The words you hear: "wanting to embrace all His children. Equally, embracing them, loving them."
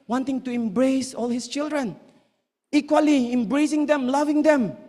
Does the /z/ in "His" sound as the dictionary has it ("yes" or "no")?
no